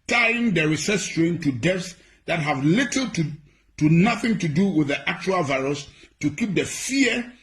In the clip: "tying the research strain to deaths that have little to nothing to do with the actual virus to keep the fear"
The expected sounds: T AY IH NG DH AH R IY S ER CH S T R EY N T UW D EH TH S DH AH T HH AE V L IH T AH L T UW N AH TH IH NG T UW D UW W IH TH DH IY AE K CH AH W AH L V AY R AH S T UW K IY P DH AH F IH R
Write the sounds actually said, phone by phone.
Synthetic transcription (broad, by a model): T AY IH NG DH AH R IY S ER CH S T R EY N T UW D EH F S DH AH T HH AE V L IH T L T UW N AH TH IH NG T UW D UW W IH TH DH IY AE K CH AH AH L V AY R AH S T UW K IY P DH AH F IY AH